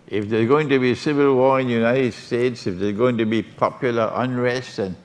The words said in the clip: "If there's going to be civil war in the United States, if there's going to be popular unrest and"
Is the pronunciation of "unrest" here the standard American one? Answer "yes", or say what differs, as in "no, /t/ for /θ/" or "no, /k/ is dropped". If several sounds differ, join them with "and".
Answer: yes